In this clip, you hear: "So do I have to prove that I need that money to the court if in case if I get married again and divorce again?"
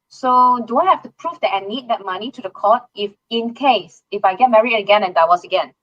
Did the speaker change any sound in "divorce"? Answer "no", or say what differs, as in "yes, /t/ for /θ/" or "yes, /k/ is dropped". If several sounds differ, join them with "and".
yes, /w/ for /v/